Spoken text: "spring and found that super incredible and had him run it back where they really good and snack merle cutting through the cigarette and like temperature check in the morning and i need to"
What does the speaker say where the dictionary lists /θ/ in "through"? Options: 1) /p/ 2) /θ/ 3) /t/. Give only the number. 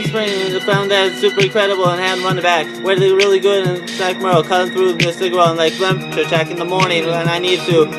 2